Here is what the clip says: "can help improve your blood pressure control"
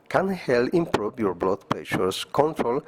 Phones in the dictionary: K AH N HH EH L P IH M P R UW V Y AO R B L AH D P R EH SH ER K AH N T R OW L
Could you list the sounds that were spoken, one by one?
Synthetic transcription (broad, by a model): K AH N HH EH L IH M P R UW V Y AO R B L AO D P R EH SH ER K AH N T R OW L